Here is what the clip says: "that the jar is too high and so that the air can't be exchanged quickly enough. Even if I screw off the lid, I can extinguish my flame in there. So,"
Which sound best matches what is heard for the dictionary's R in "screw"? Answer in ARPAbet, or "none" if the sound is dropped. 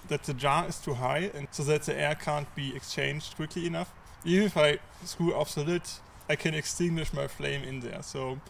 none